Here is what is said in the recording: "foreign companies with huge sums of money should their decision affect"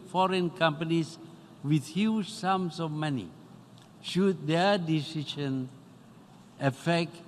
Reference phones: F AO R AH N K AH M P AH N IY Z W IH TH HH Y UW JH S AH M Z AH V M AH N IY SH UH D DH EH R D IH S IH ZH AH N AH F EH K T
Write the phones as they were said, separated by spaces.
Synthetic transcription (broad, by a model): F AO R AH N K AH M P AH N IY S W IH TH HH Y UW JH S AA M S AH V M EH N IY SH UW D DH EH D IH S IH SH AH N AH F EH K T